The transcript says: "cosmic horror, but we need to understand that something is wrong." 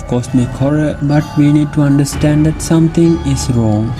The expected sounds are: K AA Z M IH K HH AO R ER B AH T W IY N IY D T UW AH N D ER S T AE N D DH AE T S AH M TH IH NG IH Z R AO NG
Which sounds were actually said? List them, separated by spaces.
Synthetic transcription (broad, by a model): K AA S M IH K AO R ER B AH T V IY N IY D T UW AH N D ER S T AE N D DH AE T S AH M T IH NG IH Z R AO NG